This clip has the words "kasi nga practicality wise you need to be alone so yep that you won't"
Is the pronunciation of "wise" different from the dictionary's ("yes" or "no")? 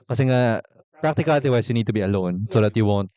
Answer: yes